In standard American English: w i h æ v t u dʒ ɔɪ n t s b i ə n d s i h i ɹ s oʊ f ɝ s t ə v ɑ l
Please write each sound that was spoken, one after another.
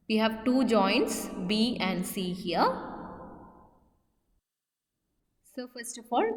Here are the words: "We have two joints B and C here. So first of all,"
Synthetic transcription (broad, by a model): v i h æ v t u dʒ ɔɪ n t s b i ə n d s i h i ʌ s oʊ f ɝ s t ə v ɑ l